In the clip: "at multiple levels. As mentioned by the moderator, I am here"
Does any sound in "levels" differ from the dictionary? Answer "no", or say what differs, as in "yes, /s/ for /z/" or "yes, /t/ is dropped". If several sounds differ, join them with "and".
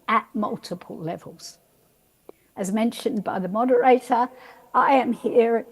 no